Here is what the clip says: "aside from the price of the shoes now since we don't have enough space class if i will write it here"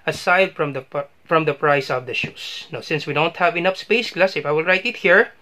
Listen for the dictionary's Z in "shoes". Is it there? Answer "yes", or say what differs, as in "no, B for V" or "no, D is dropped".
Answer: no, S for Z